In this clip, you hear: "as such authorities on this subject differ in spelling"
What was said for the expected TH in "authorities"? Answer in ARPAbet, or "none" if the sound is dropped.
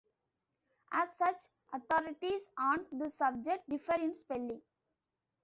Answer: T